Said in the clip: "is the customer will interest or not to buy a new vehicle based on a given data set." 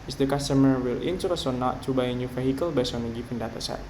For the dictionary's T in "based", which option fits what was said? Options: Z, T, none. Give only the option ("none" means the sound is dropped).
none